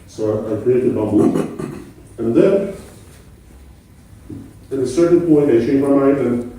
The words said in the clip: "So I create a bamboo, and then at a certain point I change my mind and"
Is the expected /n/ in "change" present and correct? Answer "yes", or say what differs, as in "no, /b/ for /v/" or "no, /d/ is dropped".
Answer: no, /n/ is dropped